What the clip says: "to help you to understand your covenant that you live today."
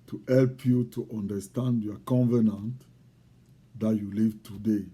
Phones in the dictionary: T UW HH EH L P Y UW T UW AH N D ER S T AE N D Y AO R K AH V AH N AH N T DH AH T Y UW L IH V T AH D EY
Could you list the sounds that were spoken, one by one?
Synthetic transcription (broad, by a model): T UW HH EH L P Y UW T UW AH N D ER S T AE N D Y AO K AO V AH N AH N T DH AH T Y UW L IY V T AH D EY